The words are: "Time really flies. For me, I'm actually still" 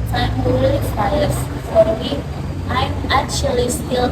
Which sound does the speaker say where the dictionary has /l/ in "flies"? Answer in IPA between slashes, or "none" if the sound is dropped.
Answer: none